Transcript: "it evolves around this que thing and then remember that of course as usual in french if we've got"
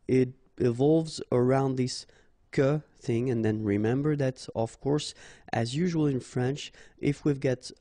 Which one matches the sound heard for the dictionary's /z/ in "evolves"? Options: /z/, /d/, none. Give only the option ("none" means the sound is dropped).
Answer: /z/